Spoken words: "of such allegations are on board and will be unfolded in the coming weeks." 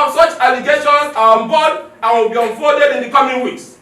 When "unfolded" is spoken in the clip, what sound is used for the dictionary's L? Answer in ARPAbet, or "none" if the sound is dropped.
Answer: none